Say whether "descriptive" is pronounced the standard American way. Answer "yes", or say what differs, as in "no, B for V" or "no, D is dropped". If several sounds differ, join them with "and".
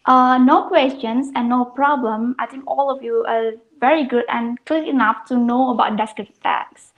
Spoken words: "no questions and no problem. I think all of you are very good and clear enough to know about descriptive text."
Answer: no, P is dropped